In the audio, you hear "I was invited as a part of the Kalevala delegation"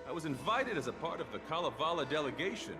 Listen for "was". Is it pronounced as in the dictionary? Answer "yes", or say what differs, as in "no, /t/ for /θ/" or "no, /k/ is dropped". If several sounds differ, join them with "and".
yes